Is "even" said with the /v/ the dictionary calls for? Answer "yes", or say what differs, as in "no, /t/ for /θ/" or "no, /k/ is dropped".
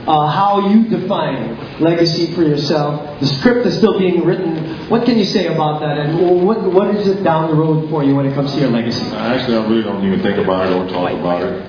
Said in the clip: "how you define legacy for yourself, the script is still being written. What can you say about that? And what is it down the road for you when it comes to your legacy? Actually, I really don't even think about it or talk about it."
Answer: no, /v/ is dropped